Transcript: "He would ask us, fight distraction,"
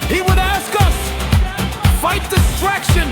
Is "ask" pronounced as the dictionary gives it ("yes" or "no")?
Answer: yes